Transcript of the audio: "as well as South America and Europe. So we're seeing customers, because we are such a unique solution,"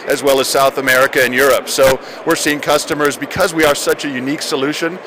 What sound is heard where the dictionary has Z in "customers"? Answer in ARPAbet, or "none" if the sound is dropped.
Z